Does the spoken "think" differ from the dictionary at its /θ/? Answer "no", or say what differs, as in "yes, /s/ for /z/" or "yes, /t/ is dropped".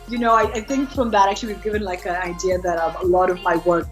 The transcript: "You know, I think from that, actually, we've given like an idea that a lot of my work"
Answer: no